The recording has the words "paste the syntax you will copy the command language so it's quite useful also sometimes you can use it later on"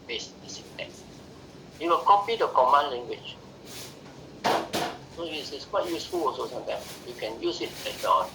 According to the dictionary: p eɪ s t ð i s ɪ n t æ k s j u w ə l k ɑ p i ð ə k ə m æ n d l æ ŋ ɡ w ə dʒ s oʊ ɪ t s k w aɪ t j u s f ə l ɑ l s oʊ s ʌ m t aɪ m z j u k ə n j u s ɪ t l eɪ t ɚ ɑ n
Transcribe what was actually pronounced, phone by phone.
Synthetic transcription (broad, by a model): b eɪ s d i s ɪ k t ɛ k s j u w ə l k ɑ p i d ə k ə m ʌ n l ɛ ŋ ɡ w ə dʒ s oʊ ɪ s s k w aɪ t j u s f ə l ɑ s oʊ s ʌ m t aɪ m s j u k ə n j u s ɪ t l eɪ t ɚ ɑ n